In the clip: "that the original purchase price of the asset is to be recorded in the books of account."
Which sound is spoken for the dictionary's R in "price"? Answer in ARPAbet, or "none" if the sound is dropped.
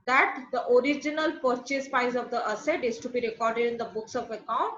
none